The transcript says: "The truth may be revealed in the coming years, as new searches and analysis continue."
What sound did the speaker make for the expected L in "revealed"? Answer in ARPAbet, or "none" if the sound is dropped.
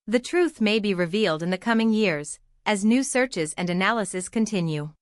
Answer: L